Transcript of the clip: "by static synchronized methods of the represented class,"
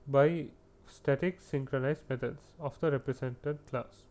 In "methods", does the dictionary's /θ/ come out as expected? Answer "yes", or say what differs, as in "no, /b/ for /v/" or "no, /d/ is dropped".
no, /t/ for /θ/